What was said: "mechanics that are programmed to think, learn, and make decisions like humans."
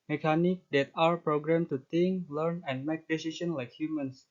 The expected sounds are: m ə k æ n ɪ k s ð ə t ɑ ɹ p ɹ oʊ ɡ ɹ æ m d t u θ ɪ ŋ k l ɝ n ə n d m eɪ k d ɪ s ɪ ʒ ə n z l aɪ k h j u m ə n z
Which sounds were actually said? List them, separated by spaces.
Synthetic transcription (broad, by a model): m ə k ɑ n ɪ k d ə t ɑ ɹ p ɹ oʊ ɡ ɹ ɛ m t u t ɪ ŋ k l ɝ n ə n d m eɪ k d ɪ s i s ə n l aɪ k h j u m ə n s